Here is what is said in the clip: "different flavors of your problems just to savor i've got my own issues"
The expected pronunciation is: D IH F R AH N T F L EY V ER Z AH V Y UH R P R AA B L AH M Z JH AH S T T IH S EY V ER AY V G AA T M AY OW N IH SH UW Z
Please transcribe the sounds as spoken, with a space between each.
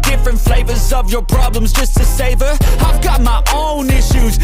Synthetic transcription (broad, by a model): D IH F R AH N T F L EY V ER Z AH V Y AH R P R AA B L AH M Z JH AH S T T IH S EY V ER AY V G AA T M AY OW N IH SH UW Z